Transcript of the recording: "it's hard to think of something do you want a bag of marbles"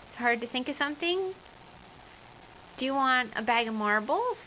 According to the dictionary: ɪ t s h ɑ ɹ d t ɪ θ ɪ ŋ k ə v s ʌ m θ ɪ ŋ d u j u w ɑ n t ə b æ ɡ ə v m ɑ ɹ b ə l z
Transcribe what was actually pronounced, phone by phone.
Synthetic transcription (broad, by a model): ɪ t s h ɑ ɹ d t ɪ θ ɪ ŋ k ə v s ʌ m θ ɪ ŋ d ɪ j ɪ w ɑ n t ə b æ ɡ ə v m ɑ ɹ b l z